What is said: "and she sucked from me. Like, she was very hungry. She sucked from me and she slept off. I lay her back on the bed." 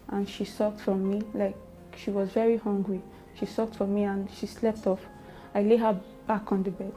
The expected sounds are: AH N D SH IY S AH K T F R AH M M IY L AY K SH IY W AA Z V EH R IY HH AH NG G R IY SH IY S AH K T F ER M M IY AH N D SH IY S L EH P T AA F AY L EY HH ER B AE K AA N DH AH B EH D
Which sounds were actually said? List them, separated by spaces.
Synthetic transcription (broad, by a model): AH N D SH IY S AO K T F R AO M M IY L AY K SH IY W AA Z V EH R IY HH AH NG G R IY SH IY S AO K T F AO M M IY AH N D SH IY S L EH P T AA F AY L EY HH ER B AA K AA N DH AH B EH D